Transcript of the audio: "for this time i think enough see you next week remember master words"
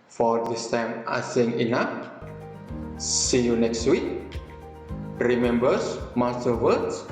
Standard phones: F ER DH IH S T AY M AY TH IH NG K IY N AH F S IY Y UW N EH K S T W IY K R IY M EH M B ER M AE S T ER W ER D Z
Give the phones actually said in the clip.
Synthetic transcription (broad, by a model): F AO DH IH S T AY M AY S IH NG IY N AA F S IY Y UW N EH K S T W IY K R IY M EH M B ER M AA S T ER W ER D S